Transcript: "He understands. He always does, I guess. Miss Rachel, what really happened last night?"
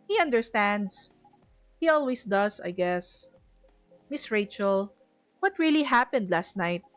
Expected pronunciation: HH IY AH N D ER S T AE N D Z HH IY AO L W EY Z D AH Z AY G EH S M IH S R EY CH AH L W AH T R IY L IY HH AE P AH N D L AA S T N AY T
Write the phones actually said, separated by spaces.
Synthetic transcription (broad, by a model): HH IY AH N D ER S T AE N D S HH IY AO L W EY S D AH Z AY G EH S M IH S R EY CH AH L W AH T R IY L IY HH AE P AH N D L AA S T N AY T